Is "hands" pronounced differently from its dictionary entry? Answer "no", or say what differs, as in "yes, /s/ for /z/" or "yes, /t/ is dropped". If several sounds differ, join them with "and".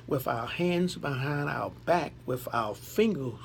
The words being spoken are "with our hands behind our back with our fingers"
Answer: no